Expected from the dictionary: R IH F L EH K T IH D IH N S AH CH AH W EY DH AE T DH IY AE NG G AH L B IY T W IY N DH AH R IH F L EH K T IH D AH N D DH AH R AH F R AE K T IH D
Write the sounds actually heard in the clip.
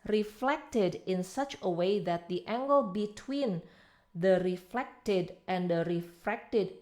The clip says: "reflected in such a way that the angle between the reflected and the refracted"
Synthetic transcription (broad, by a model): R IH F L EH K T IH D IH N S AH CH AH W EY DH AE T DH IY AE NG G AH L B IY T W IY N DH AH R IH F L EH K T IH D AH N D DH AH R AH F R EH K T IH D